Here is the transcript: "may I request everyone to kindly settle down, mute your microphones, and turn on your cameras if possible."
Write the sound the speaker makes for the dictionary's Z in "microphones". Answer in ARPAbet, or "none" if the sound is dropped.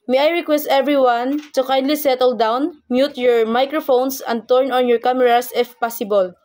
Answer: S